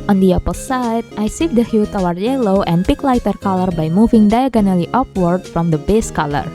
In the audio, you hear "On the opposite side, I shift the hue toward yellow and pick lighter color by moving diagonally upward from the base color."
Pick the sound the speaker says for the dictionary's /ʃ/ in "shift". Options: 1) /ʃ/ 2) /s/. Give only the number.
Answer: 2